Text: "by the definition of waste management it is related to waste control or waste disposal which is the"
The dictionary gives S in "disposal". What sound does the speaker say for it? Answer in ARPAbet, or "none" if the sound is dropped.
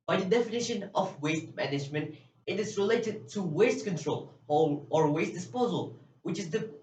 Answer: S